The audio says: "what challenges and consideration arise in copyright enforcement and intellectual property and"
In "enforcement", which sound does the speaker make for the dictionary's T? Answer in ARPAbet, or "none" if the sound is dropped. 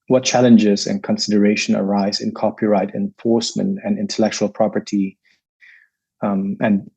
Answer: T